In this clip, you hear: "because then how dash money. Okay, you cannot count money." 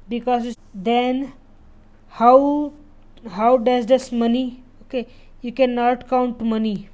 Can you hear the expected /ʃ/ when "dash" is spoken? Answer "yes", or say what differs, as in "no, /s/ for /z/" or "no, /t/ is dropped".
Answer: no, /s/ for /ʃ/